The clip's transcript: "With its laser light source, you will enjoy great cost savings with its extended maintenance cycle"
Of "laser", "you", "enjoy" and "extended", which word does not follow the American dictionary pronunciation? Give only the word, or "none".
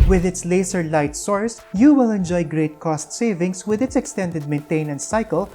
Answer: laser